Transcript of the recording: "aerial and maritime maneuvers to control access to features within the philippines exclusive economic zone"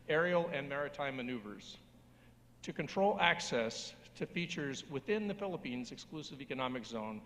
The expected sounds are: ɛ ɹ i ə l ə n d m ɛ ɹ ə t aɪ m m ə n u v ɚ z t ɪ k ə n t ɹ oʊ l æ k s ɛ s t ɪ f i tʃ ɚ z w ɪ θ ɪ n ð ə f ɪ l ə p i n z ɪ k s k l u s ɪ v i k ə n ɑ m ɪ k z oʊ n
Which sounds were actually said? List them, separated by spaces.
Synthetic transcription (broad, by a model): ɛ ɹ i l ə n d m ɛ ɹ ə t aɪ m m ə n u v ɚ z t ɪ k ə n t ɹ oʊ l æ k s ɛ s t ɪ f i tʃ ɚ z w ɪ θ ɪ n ð ə f ɪ l ə p i n z ɪ k s k l u s ɪ v i k ə n ɑ m ɪ k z oʊ n